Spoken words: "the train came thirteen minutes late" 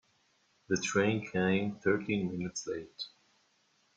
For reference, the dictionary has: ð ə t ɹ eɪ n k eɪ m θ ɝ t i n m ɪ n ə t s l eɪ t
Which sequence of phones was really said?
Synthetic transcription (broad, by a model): ð ə t ɹ eɪ n k eɪ m θ ɝ t i n m ɪ n ə t s l eɪ t